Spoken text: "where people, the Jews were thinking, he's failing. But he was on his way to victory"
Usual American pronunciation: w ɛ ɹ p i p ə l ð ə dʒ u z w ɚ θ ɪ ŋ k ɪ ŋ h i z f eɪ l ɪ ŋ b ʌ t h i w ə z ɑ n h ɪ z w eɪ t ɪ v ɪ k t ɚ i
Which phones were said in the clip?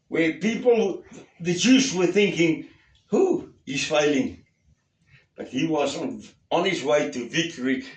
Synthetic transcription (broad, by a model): w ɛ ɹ p i p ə l ð ə dʒ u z w ɚ θ ɪ ŋ k ɪ ŋ h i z f eɪ l ɪ ŋ b ʌ t h i w ə z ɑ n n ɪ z w eɪ t ɪ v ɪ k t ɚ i